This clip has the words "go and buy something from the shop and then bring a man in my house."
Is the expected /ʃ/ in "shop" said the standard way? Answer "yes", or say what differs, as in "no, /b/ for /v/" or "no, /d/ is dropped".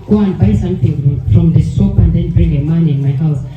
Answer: no, /s/ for /ʃ/